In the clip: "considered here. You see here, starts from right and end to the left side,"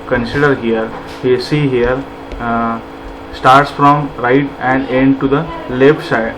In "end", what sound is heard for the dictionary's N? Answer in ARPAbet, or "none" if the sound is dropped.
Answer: N